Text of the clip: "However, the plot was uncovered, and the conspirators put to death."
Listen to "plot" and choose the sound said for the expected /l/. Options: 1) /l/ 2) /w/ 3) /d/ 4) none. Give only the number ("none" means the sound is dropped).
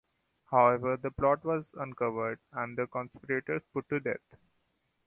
1